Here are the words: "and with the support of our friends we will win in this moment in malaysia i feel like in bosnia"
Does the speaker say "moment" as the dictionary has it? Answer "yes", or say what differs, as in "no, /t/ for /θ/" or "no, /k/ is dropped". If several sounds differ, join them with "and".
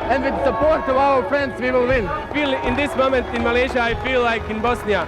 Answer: yes